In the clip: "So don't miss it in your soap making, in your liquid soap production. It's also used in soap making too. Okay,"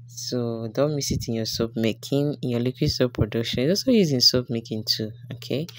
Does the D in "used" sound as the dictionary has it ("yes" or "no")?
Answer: no